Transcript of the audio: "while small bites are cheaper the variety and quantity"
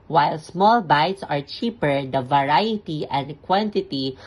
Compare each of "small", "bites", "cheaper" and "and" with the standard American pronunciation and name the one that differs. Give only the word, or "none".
none